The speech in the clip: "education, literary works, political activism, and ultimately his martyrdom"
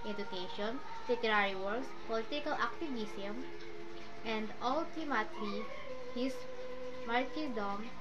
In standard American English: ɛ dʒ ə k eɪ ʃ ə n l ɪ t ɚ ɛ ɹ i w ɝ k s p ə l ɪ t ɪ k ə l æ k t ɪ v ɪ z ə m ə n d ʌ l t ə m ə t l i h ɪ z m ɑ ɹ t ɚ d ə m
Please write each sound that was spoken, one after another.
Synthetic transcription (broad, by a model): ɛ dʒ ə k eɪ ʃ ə n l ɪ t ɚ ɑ ɹ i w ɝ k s p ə l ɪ t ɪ k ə l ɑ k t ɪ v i s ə m ə n d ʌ l t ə m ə t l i h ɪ s m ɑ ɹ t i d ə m